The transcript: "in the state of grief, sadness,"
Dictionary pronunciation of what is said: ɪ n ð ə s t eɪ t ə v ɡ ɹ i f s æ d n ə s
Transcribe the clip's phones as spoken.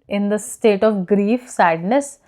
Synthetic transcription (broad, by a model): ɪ n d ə s t eɪ t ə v ɡ ɹ i f s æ d n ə s